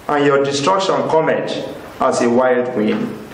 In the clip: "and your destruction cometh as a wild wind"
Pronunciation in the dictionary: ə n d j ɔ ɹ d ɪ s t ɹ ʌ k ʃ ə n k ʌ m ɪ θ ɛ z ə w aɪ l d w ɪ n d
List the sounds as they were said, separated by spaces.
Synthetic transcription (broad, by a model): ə n j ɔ d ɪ s t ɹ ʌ k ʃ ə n k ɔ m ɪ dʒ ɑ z ə w aɪ l d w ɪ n